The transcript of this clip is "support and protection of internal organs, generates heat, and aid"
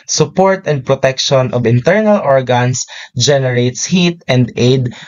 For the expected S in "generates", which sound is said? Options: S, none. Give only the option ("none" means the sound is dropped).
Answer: S